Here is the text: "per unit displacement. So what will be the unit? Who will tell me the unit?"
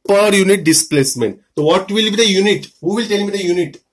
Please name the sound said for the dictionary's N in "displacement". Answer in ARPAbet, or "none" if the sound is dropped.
N